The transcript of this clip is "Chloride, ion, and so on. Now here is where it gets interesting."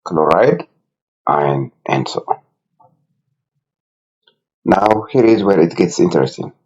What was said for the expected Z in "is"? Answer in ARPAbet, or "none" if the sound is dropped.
Z